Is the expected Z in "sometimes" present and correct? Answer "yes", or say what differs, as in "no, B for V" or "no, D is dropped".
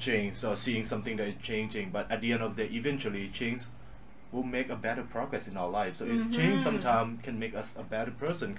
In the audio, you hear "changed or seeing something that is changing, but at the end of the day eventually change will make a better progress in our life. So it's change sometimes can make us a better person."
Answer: no, Z is dropped